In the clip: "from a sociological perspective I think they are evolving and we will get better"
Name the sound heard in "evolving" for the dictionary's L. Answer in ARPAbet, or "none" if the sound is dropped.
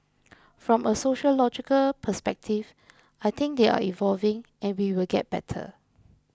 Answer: L